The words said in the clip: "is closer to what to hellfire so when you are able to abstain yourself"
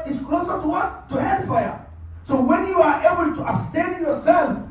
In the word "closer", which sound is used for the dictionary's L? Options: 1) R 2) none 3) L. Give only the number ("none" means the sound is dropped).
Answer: 3